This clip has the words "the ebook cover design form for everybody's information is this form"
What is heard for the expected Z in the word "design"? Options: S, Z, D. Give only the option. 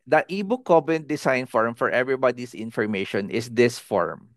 S